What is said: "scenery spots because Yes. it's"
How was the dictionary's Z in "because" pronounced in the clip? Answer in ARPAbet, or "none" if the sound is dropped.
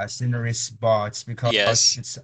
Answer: none